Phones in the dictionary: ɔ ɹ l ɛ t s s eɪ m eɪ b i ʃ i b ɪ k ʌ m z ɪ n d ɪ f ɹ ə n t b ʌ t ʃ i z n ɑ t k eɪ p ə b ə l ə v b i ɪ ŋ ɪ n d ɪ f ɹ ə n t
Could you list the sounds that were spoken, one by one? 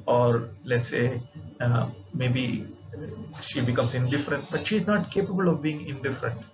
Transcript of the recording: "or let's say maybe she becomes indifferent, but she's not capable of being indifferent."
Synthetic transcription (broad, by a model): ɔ ɹ l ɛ t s s eɪ m eɪ b i ʃ i b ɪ k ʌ m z ɪ n d ɪ f ɹ ə n t b ʌ t ʃ i z n ɑ t k eɪ p ə b ə l ə v b i ɪ ŋ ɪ n d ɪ f ɹ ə n t